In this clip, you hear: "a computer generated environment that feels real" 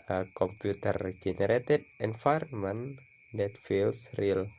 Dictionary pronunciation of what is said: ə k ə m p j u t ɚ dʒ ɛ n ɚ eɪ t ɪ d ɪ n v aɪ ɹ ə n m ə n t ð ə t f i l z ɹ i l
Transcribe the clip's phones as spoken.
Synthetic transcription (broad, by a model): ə k ə m p j u t ɚ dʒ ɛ n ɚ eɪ t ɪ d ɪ n f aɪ ɹ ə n m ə n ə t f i l s ɹ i l